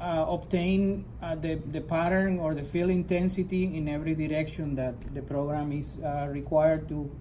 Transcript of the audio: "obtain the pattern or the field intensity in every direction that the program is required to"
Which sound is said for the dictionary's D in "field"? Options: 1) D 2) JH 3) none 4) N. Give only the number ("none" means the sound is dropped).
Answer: 3